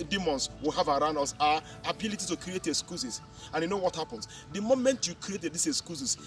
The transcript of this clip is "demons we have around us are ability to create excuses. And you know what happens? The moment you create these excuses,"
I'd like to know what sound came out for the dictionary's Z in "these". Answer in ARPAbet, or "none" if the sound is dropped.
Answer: S